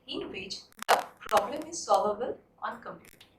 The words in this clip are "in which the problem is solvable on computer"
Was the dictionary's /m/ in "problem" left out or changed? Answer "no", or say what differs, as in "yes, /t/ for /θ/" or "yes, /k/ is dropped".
no